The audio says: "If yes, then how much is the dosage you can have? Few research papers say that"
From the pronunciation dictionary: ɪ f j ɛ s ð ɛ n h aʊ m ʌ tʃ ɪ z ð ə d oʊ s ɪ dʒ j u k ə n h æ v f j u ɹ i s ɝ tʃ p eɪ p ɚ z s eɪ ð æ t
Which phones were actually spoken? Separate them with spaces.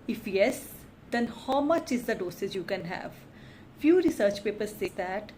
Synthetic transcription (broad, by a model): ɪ f j ɛ s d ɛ n h aʊ m ʌ tʃ ɪ z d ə d oʊ s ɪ z j u k ə n h æ v f j u ɹ i s ɝ tʃ p eɪ p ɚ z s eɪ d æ t